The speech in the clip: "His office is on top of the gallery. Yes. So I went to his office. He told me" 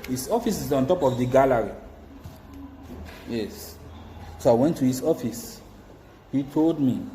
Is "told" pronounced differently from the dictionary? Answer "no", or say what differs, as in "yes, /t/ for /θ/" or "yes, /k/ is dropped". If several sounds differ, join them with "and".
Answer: no